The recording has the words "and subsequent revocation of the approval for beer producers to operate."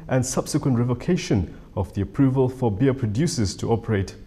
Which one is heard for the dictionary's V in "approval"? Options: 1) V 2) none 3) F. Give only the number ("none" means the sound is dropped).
1